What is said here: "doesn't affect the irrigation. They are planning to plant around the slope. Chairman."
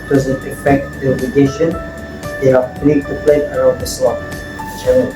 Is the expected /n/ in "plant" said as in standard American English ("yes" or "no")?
no